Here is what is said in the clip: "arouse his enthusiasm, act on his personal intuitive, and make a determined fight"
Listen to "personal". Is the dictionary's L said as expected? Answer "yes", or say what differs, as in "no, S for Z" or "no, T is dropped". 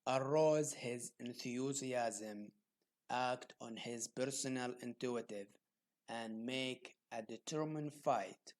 yes